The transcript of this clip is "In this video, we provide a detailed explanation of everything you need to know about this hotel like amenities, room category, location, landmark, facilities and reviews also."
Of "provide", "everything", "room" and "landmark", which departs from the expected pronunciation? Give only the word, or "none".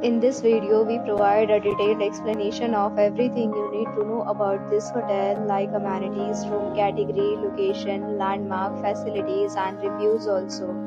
everything